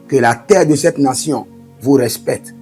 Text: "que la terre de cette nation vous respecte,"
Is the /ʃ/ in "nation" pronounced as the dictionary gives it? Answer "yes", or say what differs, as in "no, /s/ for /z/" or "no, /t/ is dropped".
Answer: no, /s/ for /ʃ/